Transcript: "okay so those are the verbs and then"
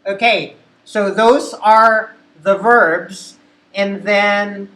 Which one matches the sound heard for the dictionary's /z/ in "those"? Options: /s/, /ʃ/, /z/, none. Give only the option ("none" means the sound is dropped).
/z/